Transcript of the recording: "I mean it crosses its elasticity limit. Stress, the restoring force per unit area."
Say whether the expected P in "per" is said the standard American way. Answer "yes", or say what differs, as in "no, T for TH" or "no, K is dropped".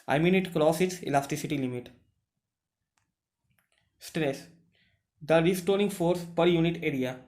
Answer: yes